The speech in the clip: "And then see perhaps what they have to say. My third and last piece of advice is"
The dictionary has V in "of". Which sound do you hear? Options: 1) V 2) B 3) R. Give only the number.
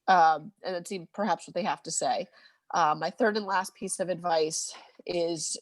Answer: 1